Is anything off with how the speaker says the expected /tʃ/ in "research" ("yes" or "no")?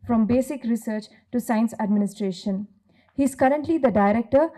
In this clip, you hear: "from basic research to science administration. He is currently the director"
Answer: no